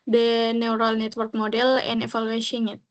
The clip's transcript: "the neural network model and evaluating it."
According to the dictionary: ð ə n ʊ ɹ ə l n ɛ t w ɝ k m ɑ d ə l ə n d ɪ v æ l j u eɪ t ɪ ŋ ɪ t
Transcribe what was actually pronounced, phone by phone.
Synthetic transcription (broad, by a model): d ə n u ɹ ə l n ɛ t w ɝ k m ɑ d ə l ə n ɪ f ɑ l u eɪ s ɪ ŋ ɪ t